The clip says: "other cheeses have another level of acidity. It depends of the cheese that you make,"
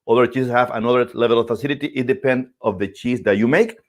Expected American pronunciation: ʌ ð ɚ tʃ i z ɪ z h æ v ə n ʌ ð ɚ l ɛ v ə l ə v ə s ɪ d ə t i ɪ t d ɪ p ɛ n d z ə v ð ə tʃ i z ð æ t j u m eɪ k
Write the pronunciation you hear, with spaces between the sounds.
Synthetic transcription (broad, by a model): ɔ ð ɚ tʃ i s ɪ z h æ v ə n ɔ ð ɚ l ɛ v ə l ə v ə s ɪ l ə t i ɪ t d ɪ p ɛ n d ə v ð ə tʃ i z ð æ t j u m eɪ k